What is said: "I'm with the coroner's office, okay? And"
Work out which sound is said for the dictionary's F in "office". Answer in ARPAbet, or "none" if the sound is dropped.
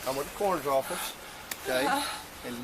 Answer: F